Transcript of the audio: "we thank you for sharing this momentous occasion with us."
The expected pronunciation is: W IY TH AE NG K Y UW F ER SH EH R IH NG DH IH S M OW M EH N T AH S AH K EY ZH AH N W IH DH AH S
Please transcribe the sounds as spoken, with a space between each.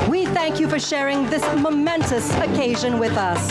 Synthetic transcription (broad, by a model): W IY TH AE NG K Y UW F ER SH EH R IH NG DH IH S M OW M EH N T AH S AH K EY ZH AH N W IH DH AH S